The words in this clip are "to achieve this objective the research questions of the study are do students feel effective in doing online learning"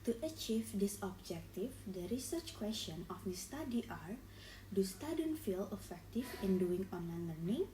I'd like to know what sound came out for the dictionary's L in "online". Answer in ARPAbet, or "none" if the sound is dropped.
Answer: L